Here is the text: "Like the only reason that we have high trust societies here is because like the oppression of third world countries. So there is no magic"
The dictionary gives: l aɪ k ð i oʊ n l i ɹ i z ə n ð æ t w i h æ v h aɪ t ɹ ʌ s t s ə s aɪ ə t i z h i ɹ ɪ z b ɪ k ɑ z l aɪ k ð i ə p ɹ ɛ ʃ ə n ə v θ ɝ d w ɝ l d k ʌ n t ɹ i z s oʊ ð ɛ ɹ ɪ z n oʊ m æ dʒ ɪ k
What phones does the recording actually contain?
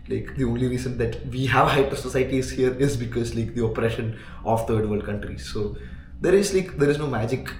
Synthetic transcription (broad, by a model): l aɪ k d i oʊ n l i ɹ i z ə n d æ t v i h æ v h aɪ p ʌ t s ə s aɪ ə t i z h i ɹ ɪ z b ɪ k ɑ z l aɪ k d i ə p ɹ ɛ ʃ ə n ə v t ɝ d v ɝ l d k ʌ n t ɹ i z s oʊ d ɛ ɹ ɪ z n oʊ m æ dʒ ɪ k